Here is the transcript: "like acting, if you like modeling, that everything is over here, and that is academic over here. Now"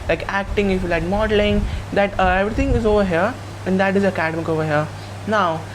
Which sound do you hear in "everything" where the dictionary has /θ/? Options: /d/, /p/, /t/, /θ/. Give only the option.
/t/